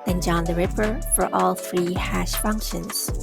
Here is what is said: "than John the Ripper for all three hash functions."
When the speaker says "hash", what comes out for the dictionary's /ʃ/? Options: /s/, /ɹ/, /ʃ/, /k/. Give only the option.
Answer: /ʃ/